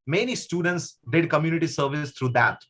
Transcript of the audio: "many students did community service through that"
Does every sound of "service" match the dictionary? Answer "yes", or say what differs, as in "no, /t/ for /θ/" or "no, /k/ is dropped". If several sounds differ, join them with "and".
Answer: yes